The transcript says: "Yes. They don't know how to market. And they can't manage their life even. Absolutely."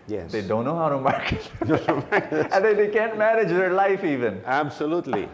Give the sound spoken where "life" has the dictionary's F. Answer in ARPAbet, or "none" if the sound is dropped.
F